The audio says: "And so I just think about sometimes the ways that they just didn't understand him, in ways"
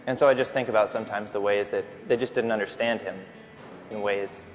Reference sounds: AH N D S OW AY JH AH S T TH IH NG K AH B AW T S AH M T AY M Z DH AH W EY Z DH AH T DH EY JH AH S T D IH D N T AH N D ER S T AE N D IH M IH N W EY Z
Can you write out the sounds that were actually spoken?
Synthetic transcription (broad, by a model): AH N S OW AY JH AH S T TH IH NG K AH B AW T S AH M T AY M Z DH AH W EY Z DH AH T DH EY JH AH S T D IH D N T AH N D ER S T AE N D IH M IH N W EY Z